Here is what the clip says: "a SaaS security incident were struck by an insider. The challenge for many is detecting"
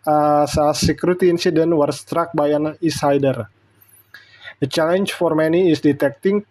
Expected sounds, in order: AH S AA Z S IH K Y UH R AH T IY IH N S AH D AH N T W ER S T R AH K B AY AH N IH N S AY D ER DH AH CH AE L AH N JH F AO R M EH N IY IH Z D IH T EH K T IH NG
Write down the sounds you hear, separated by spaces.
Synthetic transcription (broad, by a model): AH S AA S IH K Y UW R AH T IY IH N S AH D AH N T W ER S T R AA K B AY AH N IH S AY D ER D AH CH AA L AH N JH F AO R M EH N IY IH S D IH T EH K T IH NG